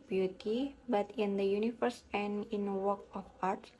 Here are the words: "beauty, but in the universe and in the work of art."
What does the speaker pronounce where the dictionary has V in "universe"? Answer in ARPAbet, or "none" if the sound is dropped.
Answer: F